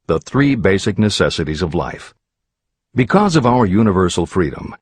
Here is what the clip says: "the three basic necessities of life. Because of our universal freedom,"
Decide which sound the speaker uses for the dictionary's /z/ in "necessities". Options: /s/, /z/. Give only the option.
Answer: /z/